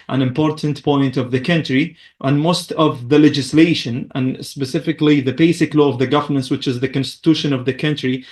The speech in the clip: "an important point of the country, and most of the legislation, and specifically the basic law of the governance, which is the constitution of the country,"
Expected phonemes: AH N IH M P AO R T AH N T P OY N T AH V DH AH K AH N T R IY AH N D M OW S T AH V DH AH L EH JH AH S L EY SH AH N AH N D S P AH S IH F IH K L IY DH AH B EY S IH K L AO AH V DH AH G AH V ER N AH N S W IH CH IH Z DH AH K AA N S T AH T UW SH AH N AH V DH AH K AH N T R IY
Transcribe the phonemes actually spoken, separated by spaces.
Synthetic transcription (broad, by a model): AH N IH M P AO R T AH N T P OY N T AH V DH AH K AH N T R IY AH N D M OW S T AH V DH AH L EH JH AH S L EY SH AH N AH N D S P AH S IH F IH K L IY DH AH B EY S IH K L AO AH V DH AH G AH V ER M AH N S W IH CH IH Z DH AH K AA N S T AH T UW SH AH N AH V DH AH K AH N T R IY